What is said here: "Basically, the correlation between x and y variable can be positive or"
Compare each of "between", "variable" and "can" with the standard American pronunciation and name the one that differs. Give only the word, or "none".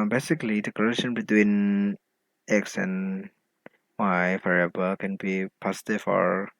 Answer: variable